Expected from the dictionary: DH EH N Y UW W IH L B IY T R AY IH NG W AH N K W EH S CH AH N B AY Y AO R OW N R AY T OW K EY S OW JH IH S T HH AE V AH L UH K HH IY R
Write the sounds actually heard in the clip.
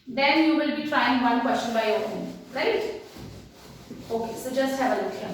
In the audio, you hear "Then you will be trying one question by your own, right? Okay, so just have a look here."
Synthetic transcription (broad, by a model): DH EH N Y UW W IH L B IY T R AY IH NG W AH N K W EH S CH AH N B AY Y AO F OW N R AY T OW K EY S OW JH IH S T HH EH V AH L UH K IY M